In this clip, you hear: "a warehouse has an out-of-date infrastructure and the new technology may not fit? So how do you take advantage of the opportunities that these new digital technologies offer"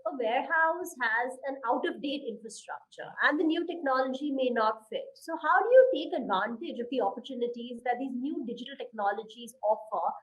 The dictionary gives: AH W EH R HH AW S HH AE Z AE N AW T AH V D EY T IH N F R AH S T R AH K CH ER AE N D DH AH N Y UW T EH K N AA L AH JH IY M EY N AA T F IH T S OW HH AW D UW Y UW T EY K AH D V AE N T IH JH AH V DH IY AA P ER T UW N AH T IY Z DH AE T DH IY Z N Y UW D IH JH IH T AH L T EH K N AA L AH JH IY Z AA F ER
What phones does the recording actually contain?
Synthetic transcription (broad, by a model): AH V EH R HH AW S HH AE Z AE N AW T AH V D EY T IH N F R AH S T R AH K CH ER AE N D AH N Y UW T EH K N AA L AH JH IY M EY N AA T F IH T S OW HH AW D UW Y UW T EY K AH D V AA N T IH JH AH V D IY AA P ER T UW N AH T IY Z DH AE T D IY Z N Y UW D IH JH IH T AH L T EH K N AA L AH JH IY Z AA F ER